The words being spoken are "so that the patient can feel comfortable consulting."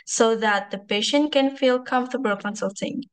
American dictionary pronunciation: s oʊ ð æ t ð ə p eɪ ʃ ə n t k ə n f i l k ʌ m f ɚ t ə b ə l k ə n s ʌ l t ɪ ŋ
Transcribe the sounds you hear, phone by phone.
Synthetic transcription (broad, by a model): s oʊ ð æ t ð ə p eɪ ʃ ə n t k ə n f i l k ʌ m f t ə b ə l k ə n s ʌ l t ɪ ŋ